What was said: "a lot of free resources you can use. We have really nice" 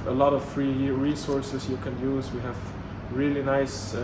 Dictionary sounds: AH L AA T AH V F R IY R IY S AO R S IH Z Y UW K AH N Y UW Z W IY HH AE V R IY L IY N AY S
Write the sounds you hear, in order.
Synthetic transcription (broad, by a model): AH L AA T AH V F R IY R IY S AO R S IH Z Y UW K AH N Y UW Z W IY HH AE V R IY L IY N AY S